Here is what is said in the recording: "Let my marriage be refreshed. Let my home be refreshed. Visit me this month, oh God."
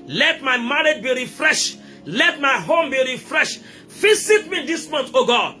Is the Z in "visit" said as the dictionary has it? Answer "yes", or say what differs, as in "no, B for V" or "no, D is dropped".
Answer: no, S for Z